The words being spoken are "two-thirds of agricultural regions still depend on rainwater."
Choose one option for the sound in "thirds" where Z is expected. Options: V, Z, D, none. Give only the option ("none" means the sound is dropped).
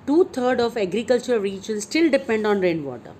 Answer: none